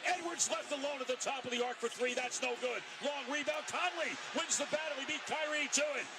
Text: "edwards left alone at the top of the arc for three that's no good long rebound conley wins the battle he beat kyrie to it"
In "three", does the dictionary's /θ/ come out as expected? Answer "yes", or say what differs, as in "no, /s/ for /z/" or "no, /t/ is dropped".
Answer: yes